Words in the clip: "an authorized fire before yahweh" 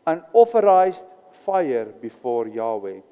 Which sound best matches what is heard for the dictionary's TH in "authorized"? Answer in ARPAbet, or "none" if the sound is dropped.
F